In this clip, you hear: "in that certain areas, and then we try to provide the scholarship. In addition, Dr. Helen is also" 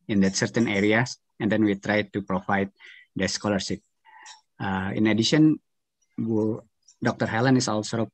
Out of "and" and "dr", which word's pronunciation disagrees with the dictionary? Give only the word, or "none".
none